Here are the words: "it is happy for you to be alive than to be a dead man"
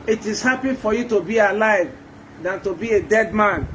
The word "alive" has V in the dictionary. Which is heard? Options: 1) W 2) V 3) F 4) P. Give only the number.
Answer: 2